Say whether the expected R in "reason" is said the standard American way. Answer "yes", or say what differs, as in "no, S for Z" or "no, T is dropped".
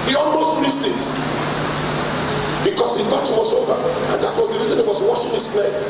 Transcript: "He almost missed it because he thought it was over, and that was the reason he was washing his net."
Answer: yes